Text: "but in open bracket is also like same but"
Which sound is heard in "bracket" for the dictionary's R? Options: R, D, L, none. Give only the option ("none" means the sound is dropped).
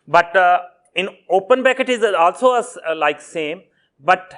none